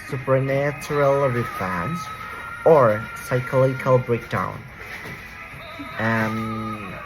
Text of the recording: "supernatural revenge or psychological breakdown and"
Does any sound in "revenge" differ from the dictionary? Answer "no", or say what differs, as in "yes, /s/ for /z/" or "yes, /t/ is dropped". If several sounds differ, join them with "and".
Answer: yes, /f/ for /v/ and /z/ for /dʒ/